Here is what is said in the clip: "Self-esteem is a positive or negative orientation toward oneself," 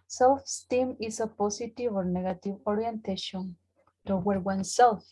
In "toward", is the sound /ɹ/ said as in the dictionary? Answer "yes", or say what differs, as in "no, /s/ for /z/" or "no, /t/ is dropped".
no, /w/ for /ɹ/